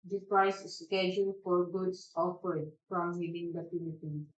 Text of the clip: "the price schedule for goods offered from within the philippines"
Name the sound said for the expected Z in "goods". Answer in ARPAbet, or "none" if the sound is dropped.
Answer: S